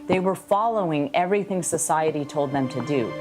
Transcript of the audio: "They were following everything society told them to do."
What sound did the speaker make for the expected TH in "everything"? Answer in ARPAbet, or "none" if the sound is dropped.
TH